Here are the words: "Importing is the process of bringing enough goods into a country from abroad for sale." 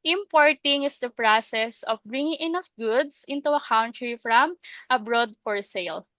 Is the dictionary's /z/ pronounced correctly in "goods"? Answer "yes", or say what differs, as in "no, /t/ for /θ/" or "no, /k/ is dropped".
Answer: no, /s/ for /z/